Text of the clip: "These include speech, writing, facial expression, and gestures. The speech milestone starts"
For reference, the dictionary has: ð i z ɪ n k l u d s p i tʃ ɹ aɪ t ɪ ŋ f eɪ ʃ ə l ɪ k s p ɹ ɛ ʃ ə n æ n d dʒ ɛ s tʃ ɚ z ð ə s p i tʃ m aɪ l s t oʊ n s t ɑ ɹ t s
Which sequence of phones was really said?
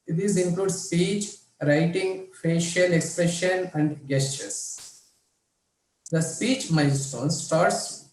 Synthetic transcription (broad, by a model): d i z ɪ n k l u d s p i tʃ ɹ aɪ t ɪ ŋ f eɪ ʃ ə l ɪ k s p ɹ ɛ ʃ ə n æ n d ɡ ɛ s tʃ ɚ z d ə s p i tʃ m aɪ n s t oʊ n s t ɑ ɹ t s